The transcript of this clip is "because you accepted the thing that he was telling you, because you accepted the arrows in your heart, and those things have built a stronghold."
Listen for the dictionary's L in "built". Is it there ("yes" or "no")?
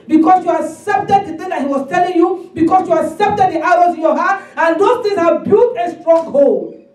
no